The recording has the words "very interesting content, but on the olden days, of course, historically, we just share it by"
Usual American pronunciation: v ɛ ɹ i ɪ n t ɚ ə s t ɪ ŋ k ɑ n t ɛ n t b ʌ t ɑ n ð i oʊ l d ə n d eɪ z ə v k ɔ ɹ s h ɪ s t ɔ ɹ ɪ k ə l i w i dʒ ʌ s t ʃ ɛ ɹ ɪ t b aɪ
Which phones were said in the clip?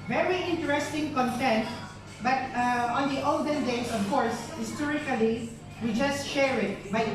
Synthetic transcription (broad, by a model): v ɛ ɹ i ɪ n t ɚ ə s t ɪ ŋ k ɑ n t ɛ n t b ʌ t ɑ n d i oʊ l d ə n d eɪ s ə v k ɔ ɹ s h ɪ s t ɔ ɹ ɪ k ə l i w i dʒ ʌ s t ʃ ɛ ɹ ɪ t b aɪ